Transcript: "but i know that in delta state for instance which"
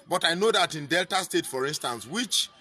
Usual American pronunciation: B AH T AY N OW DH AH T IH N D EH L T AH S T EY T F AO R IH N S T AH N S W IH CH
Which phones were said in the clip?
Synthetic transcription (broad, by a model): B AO T AY N OW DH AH T IH N D EH L T AH S T EY T F AO R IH N S T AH N S W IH CH